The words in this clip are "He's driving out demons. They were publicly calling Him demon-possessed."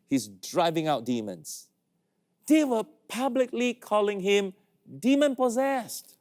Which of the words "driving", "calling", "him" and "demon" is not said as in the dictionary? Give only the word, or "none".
none